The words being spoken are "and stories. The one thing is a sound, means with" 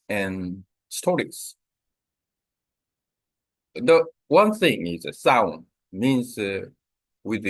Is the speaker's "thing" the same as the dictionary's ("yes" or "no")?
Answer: yes